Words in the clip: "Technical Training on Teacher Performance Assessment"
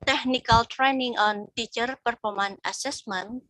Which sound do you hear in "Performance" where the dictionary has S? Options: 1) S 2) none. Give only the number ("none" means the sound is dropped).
2